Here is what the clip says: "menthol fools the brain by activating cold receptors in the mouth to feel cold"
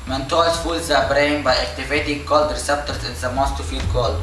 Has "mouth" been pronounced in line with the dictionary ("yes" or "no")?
no